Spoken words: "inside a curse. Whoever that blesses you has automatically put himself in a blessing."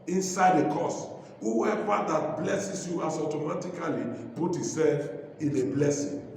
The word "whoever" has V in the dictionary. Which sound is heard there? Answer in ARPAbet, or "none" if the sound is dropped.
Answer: W